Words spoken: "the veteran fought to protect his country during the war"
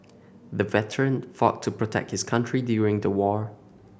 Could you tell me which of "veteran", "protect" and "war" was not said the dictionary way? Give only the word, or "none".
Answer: none